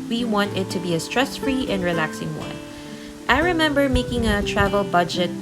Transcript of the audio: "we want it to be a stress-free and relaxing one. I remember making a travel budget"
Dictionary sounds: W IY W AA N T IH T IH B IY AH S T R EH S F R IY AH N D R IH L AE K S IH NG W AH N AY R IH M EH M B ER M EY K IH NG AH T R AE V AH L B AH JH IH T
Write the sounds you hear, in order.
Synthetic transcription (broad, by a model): W IY W AA N T IH T IH B IY AH S T R EH S F R IY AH N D R IH L AE K S IH NG W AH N AY R IH M EH M B ER M EY K IH NG AH T R AE V AH L B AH JH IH T